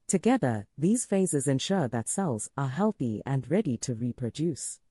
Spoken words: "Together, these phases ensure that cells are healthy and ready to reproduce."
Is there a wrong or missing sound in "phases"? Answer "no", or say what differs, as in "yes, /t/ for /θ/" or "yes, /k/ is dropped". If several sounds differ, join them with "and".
no